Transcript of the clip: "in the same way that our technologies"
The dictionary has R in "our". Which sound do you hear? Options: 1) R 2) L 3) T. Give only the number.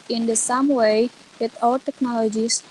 2